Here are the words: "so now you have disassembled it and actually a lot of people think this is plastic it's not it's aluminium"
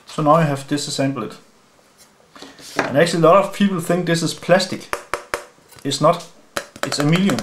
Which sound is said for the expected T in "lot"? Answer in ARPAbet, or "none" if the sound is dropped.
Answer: T